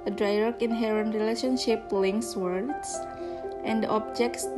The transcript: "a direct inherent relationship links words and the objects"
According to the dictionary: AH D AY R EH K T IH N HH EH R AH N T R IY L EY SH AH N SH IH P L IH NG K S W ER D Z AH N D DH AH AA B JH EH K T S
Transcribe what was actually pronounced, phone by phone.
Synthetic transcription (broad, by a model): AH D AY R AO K IH N HH EH R AH N T R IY L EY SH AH N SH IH P L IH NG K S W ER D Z AH N D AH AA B JH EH K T S